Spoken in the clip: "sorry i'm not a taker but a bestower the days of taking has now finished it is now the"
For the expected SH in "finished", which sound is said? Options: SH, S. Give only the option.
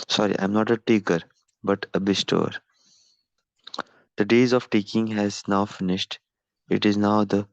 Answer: SH